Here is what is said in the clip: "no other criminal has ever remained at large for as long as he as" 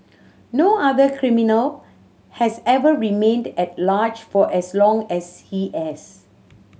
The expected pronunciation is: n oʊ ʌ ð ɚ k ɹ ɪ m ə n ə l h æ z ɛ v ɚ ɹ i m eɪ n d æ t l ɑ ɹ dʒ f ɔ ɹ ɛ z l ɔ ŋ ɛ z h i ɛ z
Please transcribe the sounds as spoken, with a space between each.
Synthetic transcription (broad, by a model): n oʊ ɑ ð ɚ k ɹ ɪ m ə n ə l h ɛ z ɛ v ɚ ɹ i m eɪ n d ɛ t l ɑ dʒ f ɔ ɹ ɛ s l ɔ ŋ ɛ s h i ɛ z